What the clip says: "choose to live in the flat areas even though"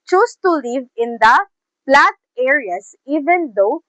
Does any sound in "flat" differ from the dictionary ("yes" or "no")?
yes